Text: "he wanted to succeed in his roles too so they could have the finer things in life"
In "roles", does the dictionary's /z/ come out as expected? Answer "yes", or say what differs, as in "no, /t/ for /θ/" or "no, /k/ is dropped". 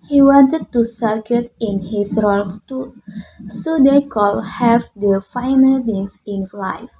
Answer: no, /s/ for /z/